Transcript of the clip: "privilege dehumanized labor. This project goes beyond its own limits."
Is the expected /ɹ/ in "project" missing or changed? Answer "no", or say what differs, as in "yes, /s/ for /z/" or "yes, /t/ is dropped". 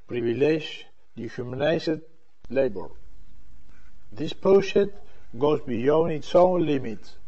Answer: yes, /ɹ/ is dropped